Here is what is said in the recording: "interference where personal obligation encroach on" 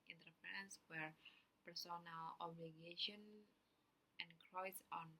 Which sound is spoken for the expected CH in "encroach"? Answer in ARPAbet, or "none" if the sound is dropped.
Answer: S